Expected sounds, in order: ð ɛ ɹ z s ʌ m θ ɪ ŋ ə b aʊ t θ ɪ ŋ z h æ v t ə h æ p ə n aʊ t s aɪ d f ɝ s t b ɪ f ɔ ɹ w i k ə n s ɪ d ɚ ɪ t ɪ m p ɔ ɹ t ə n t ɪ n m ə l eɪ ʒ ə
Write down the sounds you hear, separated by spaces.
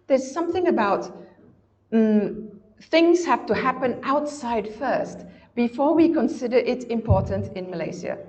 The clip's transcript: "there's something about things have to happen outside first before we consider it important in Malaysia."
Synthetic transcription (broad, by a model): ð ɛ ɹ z s ʌ m θ ɪ ŋ ə b aʊ t θ ɪ ŋ z h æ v t ə h æ p ə n aʊ t s aɪ d f ɝ s t b ɪ f ɔ ɹ w i k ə n s ɪ d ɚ ɪ t ɪ m p ɔ ɹ t ə n t ɪ n m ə l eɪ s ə